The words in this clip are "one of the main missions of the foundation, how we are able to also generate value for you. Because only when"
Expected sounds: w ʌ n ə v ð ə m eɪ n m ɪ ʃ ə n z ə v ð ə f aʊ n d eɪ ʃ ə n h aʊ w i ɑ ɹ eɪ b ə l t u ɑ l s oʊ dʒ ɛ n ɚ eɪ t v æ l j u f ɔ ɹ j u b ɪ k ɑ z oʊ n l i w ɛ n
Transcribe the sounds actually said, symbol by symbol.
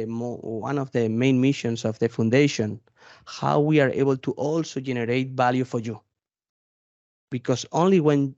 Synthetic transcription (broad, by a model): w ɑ n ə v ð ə m eɪ n m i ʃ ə n s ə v ð ə f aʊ n d eɪ ʃ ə n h aʊ w i ɑ ɹ eɪ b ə l t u ɑ l s oʊ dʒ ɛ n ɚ eɪ t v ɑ l j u f ɔ ɹ j u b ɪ k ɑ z oʊ n l i w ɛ n